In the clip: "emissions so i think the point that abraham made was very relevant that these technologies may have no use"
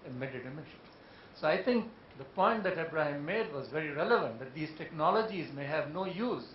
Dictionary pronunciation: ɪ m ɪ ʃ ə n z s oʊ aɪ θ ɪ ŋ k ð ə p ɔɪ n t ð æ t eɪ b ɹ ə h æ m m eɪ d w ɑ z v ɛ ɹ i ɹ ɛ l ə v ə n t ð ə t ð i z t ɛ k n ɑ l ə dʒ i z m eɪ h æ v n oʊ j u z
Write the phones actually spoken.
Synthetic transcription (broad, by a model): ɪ m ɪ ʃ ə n s oʊ aɪ t ɪ ŋ k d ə p ɔɪ n t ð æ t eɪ b ɹ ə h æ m m eɪ d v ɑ z v ɛ ɹ i ɹ ɛ l ə v ə n t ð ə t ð i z t ɛ k n ɑ l ə dʒ i z m eɪ h æ v n oʊ j u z